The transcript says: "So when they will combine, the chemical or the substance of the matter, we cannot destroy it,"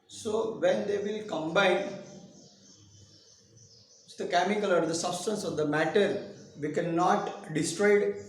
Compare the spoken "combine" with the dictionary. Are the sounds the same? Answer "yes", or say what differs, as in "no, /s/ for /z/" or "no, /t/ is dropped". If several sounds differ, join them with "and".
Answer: yes